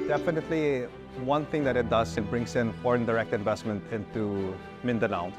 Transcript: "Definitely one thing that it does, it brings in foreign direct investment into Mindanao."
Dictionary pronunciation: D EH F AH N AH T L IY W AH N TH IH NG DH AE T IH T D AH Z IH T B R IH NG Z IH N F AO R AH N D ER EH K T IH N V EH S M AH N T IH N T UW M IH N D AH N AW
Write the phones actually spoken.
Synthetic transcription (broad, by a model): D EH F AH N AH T L IY W AH N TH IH NG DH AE T IH T D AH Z IH T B R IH NG S IH N F AO R AH N D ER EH K T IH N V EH S M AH N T IH N T UW M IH N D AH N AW